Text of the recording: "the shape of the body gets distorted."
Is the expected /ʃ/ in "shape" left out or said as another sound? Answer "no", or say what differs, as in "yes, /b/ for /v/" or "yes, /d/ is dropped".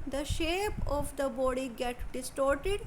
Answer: no